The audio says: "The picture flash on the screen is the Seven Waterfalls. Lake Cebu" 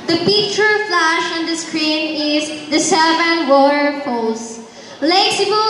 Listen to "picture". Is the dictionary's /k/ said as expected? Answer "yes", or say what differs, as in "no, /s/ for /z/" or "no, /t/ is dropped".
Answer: no, /k/ is dropped